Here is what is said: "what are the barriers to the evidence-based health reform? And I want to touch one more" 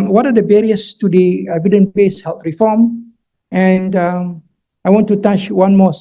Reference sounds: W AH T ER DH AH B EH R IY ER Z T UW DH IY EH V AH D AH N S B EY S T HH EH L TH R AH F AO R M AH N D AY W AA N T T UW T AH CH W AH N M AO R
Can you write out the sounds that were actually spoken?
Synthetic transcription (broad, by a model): W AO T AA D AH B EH R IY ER S T UW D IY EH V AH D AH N B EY S HH EH L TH R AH F AO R M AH N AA AY W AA N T T UW T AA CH W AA N M AO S